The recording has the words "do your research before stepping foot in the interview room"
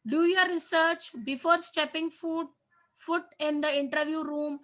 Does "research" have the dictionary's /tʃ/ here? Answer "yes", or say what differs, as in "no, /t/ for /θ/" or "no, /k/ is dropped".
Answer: yes